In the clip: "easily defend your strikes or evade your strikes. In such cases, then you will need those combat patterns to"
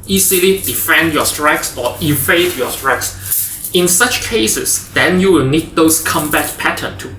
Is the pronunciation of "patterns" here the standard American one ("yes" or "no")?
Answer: no